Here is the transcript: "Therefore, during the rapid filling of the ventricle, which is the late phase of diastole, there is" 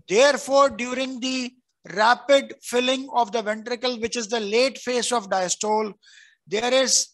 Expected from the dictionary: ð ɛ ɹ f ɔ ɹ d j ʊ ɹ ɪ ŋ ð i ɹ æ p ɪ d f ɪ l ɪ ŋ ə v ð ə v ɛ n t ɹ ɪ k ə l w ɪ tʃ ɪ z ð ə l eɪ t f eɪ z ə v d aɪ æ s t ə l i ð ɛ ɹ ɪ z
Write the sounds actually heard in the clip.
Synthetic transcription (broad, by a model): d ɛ ɹ f ɔ ɹ d j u ɹ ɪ ŋ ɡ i ɹ æ p ɪ d f ɪ l ɪ ŋ ə v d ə v ɛ n t ɹ ɪ k ə l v ɪ tʃ ɪ z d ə l eɪ t f eɪ s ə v d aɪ s t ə l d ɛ ɹ ɪ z